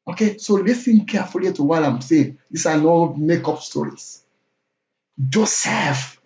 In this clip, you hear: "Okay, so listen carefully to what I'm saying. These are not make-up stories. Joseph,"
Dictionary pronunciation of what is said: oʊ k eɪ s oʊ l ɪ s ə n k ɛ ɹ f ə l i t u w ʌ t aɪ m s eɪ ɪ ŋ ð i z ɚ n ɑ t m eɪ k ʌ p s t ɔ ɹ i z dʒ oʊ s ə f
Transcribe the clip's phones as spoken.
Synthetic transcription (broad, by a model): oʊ k eɪ s oʊ l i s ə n k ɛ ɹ f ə l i t u w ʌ t aɪ m s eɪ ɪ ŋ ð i s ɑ n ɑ m eɪ k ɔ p s t ɔ ɹ i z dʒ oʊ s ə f